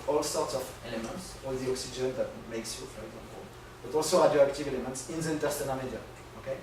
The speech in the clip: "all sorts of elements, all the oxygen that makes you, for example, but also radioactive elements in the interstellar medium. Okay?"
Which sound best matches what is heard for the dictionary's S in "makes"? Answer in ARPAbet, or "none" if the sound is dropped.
S